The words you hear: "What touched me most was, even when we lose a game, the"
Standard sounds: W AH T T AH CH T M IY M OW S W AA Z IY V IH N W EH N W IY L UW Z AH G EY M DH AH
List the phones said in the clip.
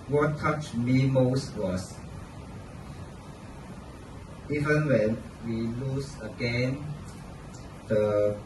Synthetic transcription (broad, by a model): W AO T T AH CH M IY M OW S W AA S IY V IH N W EH N W IY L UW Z AH G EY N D AH